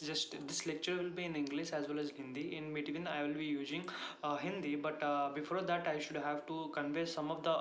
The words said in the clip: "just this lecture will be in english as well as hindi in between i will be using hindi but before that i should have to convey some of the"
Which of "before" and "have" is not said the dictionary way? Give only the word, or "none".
none